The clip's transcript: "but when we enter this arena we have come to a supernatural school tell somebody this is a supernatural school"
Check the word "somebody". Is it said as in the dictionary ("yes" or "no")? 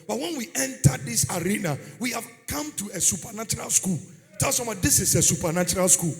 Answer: no